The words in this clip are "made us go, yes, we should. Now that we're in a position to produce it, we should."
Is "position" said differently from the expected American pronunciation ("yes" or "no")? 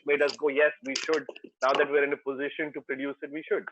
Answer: no